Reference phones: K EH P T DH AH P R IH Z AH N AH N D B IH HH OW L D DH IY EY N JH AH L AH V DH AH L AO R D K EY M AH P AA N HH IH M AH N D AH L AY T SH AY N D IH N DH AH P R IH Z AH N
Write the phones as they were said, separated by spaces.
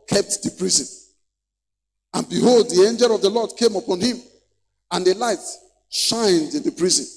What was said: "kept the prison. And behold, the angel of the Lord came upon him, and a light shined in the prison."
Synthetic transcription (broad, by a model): K EH P T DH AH P R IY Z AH N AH N B IH HH OW L D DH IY EY N JH AH L AH V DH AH L AO D K EY M AH P AA N HH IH M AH N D AH L AY T SH AY N D IH N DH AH P R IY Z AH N